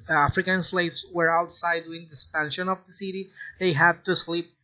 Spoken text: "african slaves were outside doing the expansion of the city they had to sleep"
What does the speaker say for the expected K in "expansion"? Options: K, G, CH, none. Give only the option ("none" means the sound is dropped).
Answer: none